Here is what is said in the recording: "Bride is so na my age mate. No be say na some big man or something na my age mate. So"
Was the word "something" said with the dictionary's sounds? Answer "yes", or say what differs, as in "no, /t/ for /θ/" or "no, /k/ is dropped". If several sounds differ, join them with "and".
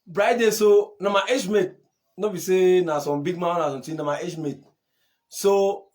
no, /t/ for /θ/